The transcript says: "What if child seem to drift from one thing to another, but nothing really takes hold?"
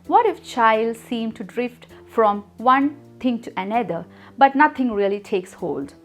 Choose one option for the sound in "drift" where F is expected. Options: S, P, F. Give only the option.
F